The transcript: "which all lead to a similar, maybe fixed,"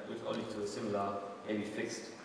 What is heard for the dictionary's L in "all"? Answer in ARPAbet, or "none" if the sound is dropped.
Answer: N